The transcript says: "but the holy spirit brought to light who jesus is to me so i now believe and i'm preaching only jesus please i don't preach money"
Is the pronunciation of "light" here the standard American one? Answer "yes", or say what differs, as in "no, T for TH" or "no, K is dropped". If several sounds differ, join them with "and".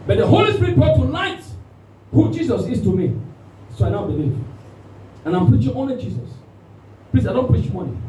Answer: no, N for L